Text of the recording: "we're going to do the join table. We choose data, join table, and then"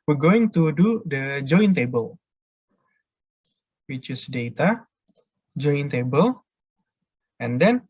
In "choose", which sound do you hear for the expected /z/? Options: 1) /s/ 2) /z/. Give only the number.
1